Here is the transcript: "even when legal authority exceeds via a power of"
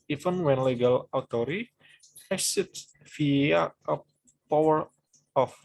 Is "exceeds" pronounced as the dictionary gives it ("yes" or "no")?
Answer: no